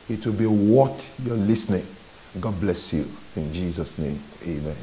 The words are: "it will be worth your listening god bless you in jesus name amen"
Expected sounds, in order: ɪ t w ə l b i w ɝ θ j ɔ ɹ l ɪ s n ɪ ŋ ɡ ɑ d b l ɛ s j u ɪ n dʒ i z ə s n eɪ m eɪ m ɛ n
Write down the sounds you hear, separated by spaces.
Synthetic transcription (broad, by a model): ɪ t w ə l b i w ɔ t j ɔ l ɪ s n ɪ ŋ ɡ ɑ d b l ɛ s j u ɪ n dʒ i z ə s n eɪ m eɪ m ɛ n